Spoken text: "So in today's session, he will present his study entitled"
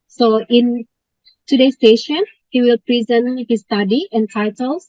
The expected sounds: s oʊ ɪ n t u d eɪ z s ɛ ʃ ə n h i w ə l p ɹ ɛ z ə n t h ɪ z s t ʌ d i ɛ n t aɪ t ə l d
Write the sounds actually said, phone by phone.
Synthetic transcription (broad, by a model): s oʊ ɪ n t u d eɪ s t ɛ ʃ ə n h i w ə l p ɹ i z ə n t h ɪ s t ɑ d i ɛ n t aɪ t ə l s